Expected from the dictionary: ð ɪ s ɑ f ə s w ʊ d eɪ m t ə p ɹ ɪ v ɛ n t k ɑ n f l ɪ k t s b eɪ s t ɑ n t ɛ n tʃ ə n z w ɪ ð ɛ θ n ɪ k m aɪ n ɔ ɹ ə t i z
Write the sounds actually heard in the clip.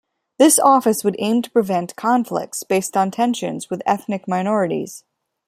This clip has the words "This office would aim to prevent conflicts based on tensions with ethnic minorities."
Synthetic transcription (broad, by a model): ð ɪ s ɑ f ə s w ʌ d eɪ m t ə p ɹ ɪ v ɛ n k ɑ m f l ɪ k t s b eɪ s t n t ɛ n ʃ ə n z w ɪ ð ɛ θ n ɪ k m aɪ n ɔ ɹ ə t i z